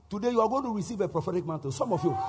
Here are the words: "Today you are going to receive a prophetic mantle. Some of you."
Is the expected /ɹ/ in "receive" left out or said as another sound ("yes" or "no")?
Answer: no